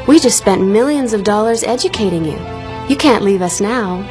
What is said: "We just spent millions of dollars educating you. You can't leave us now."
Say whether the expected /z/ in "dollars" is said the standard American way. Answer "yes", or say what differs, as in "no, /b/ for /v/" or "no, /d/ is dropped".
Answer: yes